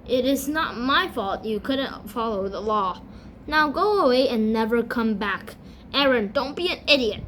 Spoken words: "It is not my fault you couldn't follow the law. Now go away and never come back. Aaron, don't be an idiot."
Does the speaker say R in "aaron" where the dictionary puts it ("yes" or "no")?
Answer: yes